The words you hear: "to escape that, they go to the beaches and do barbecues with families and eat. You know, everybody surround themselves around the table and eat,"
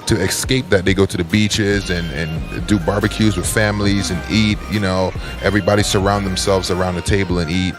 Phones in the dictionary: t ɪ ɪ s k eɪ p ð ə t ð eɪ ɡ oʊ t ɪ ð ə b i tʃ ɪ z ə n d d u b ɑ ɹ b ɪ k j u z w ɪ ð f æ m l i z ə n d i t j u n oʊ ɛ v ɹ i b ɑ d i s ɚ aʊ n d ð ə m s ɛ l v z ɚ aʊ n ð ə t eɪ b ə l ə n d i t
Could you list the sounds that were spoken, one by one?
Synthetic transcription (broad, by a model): t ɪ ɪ s k eɪ p ð ə t ð eɪ ɡ oʊ t ɪ ð ə b i tʃ ɪ z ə n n d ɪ b ɑ ɹ b ɪ k j u z w ɪ ð f æ m l i z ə n i t j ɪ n oʊ ɛ v ɹ i b ɑ d i s ɚ aʊ n ð ə m s ɛ l v z ɚ aʊ n ð ə t eɪ b l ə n i t